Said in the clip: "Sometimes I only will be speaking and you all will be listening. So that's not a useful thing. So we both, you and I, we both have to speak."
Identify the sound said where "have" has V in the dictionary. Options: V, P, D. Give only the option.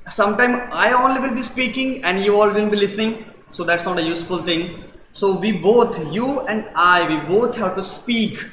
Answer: P